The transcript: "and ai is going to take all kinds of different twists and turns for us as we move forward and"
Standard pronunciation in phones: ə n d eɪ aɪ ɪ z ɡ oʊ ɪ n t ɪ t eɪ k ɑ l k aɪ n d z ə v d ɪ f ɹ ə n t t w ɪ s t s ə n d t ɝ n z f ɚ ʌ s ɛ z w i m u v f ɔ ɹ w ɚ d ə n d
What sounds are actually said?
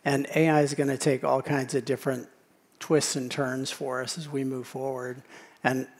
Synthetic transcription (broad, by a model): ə n eɪ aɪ ɪ z ɡ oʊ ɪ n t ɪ t eɪ k ɑ l k aɪ n d z ə v d ɪ f ɹ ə n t t w ɪ s t s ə n t ɝ n z f ɚ ʌ s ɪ z w i m u v f ɔ ɹ w ɚ d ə n